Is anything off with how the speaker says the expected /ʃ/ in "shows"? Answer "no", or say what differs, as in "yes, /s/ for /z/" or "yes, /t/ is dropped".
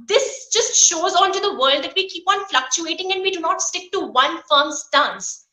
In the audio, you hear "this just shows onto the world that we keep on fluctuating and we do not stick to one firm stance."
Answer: no